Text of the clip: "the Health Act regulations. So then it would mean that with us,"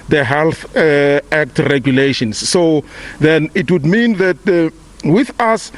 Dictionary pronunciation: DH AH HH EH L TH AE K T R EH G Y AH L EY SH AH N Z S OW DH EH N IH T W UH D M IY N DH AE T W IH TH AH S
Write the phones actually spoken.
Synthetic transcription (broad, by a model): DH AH HH EH L TH AE K T R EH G Y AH L EY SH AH N S OW DH EH N IH T W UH D M IY N DH AE T W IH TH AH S